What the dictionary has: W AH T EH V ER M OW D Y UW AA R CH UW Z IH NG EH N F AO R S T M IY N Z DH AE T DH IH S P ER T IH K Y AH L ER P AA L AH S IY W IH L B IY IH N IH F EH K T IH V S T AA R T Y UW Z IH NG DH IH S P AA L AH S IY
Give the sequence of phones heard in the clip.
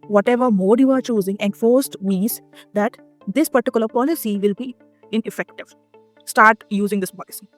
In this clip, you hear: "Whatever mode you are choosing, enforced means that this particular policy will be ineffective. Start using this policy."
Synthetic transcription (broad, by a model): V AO T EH V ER M OW D Y UW AA R CH UW Z IH NG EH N F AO R S T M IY Z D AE T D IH S P ER T IH K Y AH L ER P AA L AH S IY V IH L B IY IH N IH F EH K T IH V S T AA R T Y UW Z IH NG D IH S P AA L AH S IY